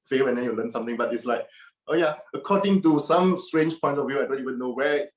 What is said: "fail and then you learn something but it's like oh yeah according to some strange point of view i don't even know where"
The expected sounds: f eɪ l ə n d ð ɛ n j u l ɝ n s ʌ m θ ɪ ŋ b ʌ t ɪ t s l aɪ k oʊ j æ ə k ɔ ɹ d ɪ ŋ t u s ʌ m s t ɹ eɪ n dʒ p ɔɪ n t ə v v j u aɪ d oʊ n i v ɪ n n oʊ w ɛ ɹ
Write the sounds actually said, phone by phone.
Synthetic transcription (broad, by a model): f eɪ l ə n d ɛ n j u l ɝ n s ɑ m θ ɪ ŋ b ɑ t ɪ t s l aɪ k oʊ j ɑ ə k ɔ d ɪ ŋ t u s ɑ m s t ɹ eɪ n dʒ p ɔɪ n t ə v v j u aɪ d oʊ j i w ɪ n n oʊ w ɛ